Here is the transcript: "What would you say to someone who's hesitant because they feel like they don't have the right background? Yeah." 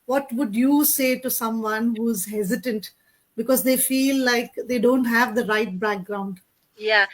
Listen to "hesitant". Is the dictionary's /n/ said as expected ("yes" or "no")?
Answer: yes